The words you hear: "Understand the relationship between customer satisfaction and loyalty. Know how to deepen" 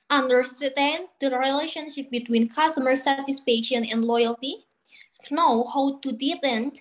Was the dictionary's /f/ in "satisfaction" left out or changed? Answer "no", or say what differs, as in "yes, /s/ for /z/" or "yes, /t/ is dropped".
yes, /p/ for /f/